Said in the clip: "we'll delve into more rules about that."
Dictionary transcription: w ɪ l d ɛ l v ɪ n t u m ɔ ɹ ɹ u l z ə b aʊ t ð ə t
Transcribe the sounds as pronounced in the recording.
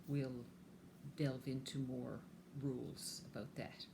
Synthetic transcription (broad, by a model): w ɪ l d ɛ l v ɪ n t u m ɔ ɹ ɹ u l z ə b aʊ t ð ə t